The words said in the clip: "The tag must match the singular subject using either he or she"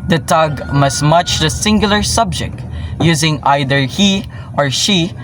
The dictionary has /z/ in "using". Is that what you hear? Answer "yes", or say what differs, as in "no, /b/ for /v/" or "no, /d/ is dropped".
yes